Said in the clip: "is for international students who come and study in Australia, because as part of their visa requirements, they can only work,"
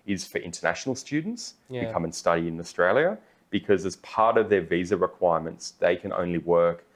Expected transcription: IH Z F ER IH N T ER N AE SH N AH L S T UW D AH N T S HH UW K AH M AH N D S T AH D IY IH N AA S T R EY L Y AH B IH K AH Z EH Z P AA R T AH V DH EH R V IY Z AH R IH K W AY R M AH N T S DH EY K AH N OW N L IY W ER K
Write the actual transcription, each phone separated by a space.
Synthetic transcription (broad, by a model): IH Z F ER IH N T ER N AE SH N L S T UW D N T S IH K AH M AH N S T AH D IY IH N AA S T R EY L Y AH B IH K AH Z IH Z P AA R T AH V DH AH R V IY Z AH R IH K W AY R M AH N T S DH EY K AH N OW N L IY W ER K